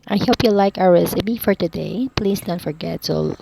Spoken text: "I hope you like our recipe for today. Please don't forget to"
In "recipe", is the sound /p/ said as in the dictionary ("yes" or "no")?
no